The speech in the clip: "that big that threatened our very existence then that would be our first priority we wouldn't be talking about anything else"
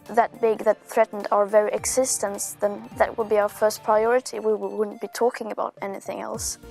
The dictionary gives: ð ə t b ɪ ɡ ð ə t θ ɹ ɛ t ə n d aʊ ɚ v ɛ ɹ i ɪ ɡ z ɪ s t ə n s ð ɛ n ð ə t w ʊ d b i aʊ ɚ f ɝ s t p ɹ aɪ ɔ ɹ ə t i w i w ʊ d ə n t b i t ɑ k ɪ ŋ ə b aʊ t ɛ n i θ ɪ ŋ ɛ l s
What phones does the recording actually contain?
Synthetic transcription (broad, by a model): ð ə t b ɪ ɡ ð ə t θ ɹ ɛ t n d aʊ ɚ v ɛ ɹ i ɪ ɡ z ɪ s t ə n s ð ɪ n ð ə t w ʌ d b i aʊ ɚ f ɝ s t p ɹ aɪ ɔ ɹ ə t i w i w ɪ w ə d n b i t ɑ k ɪ ŋ ə b aʊ t ɛ n i θ ɪ ŋ ɛ l s